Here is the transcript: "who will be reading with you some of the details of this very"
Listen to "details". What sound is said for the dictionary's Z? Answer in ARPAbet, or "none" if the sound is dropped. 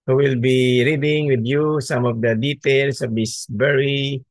S